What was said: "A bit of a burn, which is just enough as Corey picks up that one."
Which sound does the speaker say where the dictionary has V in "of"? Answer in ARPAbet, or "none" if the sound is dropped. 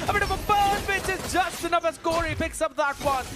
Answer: V